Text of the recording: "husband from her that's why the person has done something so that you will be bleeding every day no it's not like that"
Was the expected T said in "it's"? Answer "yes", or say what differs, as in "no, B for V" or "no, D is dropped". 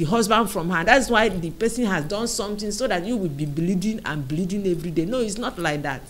yes